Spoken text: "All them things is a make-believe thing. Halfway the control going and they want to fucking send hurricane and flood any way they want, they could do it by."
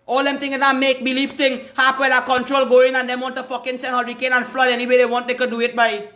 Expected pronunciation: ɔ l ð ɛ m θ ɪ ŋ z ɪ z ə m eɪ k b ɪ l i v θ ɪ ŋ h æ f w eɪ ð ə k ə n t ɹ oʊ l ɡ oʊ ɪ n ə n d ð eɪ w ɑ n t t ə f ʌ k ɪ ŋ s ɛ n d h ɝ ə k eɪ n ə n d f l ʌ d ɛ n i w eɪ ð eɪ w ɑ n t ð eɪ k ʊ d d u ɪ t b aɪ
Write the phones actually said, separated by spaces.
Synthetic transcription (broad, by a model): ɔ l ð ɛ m t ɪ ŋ ɪ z ə m eɪ k b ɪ l i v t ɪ ŋ h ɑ p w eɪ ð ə k ə n t ɹ oʊ l ɡ oʊ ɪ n ə n d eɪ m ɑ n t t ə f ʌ k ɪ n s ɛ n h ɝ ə k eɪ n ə n f l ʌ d ɛ n i w eɪ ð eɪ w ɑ n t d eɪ k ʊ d d u ɪ t b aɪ